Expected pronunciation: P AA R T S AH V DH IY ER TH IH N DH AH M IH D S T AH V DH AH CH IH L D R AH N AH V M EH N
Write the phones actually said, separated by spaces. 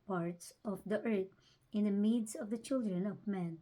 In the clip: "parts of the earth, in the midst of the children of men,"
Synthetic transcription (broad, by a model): P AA R T S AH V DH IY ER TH IH N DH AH M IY D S AH V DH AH CH IH L D R AH N AH V M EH N